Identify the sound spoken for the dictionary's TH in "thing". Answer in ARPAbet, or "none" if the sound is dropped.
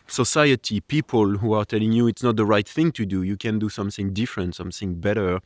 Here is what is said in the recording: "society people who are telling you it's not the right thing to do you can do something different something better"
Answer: TH